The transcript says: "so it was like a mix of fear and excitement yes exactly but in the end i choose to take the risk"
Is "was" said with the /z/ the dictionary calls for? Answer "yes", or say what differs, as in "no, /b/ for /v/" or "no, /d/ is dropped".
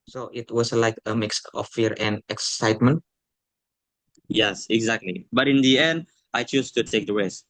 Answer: no, /s/ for /z/